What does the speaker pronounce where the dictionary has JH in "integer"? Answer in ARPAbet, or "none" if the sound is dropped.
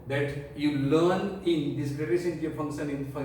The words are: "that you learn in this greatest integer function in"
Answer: none